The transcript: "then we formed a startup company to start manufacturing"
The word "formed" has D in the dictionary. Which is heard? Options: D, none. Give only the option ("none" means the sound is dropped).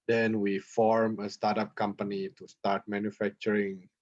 none